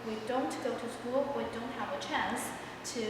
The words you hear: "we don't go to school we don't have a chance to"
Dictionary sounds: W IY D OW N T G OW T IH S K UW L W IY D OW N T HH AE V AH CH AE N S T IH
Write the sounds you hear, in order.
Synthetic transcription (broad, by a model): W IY D OW N T G OW T IH S K UW L W IY D OW N T HH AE V AH CH AE N S T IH